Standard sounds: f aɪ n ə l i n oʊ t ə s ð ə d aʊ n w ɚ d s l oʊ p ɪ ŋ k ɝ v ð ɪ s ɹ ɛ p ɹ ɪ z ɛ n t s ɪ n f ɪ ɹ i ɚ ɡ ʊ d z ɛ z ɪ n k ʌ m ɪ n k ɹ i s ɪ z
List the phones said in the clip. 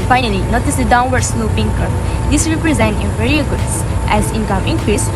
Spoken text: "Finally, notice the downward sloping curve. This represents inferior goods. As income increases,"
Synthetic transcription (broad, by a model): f aɪ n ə l i n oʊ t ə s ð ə d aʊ n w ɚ d s l oʊ p ɪ ŋ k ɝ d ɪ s ɹ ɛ p ɹ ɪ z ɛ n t ɪ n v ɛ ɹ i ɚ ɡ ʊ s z ɛ z ɪ n k ʌ m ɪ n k ɹ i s